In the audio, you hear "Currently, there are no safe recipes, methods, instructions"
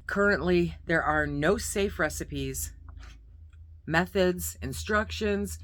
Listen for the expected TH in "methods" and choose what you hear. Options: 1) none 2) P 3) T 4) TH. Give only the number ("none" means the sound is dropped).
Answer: 4